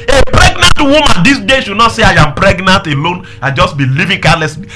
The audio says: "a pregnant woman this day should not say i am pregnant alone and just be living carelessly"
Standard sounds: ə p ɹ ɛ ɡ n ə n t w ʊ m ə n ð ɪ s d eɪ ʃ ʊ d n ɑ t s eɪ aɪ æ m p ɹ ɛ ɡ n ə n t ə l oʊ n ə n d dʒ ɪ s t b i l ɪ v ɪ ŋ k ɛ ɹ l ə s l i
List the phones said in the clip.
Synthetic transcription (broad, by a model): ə p ɹ ɛ ɡ n ə n t w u m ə n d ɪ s d eɪ ʃ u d n ɑ t s eɪ aɪ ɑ m p ɹ ɛ ɡ n ə n t ə l oʊ n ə dʒ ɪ s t b i l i v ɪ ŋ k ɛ l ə s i